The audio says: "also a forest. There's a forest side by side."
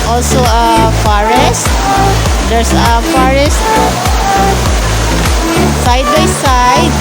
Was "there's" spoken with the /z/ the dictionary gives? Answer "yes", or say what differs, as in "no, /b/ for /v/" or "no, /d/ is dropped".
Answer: no, /s/ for /z/